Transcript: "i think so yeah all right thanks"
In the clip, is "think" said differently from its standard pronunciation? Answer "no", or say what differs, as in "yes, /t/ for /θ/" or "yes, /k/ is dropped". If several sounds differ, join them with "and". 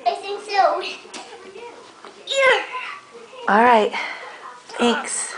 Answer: yes, /s/ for /θ/